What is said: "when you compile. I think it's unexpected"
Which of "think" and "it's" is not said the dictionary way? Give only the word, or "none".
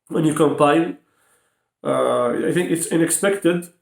none